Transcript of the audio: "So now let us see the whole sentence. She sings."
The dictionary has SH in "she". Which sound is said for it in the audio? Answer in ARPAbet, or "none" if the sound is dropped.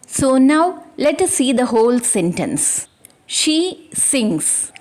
SH